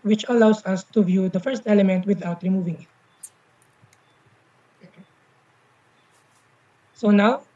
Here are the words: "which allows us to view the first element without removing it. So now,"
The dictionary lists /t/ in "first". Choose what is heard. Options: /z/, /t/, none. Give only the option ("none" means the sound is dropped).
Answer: /t/